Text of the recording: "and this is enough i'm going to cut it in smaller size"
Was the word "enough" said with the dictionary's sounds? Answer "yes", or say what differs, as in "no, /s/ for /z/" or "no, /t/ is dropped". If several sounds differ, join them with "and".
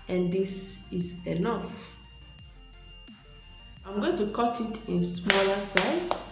yes